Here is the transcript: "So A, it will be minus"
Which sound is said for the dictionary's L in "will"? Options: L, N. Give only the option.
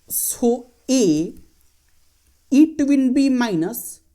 N